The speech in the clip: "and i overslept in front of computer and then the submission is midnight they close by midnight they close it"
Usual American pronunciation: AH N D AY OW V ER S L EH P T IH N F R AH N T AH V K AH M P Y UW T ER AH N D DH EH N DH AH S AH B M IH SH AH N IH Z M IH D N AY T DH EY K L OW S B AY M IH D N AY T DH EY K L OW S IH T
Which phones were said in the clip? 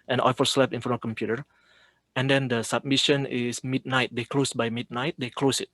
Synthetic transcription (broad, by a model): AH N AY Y F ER S L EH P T IH N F AH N AH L K AH M P Y UW T ER AH N D EH N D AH S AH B M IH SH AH N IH S M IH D N AY T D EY K L OW S B AY M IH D N AY T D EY K L OW S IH T